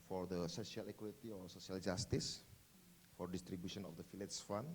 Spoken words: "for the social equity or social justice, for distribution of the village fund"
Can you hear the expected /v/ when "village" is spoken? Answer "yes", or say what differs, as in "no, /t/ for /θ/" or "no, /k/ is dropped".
no, /f/ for /v/